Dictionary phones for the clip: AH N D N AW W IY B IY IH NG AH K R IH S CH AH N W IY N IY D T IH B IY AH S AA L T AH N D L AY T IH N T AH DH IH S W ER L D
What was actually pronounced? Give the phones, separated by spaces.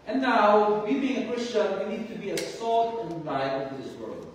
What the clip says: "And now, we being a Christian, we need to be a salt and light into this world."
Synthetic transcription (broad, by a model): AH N N AW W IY B IY IH NG AH K R IH S CH AH N W IY N IY D T IH B IY AH S AA L T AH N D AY IH T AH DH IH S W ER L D